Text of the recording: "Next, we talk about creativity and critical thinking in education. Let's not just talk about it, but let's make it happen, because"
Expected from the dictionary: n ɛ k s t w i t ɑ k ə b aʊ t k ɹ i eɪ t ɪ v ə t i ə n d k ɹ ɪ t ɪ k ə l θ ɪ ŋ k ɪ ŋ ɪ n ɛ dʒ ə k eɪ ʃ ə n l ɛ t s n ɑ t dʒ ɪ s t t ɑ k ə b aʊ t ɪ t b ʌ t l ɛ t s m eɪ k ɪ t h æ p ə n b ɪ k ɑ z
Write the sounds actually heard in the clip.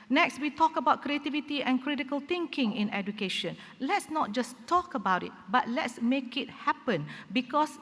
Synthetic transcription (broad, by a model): n ɛ k s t w i t ɑ k ə b aʊ t k ɹ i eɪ t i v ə t i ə n k ɹ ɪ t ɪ k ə l t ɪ ŋ k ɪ ŋ ɪ n ɛ dʒ ə k eɪ ʃ ə n l ɛ t s n ɑ t dʒ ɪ s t t ɑ k ə b aʊ t ɪ t b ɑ t l ɛ t s m eɪ k ɪ t h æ p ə n b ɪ k ɑ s